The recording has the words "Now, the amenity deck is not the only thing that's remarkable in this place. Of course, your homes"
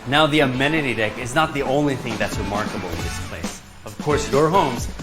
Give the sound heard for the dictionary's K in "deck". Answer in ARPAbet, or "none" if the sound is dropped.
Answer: K